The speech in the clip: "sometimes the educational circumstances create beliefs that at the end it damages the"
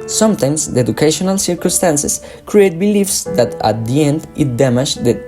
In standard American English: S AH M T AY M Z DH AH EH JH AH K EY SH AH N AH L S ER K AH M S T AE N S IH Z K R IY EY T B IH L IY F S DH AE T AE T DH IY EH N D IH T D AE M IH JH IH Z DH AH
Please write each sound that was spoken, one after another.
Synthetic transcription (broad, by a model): S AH M T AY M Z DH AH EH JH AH K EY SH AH N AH L S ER K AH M S T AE N S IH S K R IY EY T B IH L IY F S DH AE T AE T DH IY EH N D IH T D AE M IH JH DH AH